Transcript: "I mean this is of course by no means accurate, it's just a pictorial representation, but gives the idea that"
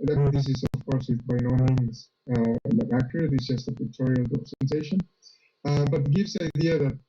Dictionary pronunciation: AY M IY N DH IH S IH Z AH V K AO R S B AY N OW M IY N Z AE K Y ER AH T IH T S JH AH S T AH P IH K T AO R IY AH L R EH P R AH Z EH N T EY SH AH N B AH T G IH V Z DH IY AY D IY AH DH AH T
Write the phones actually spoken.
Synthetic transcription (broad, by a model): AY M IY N DH IH S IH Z AH V K AO R S B AY N OW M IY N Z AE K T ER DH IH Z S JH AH S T AH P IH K T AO R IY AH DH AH S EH N S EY SH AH N B AH T G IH V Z DH IY AY D IY AH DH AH T